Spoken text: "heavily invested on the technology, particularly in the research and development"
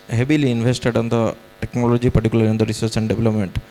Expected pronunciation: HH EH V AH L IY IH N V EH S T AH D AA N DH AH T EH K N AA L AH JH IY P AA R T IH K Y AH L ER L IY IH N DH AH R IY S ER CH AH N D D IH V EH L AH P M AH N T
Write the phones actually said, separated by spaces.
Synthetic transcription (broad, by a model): HH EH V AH L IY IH N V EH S T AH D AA N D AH T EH K N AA L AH JH IY P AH R T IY K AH L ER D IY IH N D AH R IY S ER S AH N D D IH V L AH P M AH N T